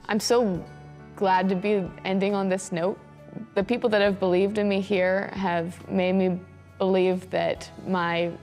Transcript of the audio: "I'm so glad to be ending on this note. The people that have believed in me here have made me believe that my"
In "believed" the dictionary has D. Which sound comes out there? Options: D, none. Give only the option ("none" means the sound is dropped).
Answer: D